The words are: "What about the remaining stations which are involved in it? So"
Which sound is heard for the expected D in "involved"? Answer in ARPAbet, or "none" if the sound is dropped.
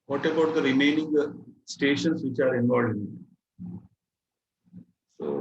none